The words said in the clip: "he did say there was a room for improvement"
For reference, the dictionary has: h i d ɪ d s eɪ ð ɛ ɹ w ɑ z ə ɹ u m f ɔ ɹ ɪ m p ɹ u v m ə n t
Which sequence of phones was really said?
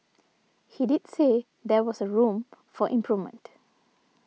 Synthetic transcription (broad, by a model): h i d ɪ d s eɪ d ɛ w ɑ s ə ɹ u m f ɔ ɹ ɪ m p ɹ u v m ə n t